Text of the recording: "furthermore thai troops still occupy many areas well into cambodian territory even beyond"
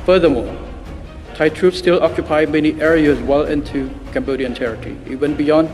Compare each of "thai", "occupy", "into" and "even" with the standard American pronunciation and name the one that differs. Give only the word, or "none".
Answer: even